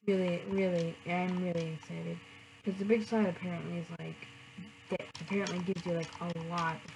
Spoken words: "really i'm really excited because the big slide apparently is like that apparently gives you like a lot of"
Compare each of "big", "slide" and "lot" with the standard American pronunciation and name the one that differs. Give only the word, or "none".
slide